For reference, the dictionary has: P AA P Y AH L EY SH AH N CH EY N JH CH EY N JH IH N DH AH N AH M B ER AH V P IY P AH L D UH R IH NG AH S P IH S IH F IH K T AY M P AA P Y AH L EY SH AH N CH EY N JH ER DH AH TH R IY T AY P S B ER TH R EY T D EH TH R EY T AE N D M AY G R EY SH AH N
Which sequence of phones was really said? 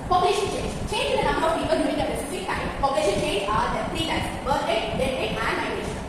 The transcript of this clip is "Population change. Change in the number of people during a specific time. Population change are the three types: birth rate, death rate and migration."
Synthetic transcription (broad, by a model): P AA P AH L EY SH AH N CH EY N JH CH EY N JH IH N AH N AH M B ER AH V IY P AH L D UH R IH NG AH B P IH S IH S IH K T AY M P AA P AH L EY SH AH N CH EY N JH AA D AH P R IY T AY S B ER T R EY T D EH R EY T AE N D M AY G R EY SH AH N